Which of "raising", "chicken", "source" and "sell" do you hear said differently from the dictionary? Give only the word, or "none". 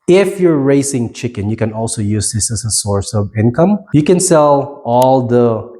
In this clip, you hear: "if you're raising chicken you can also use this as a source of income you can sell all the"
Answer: raising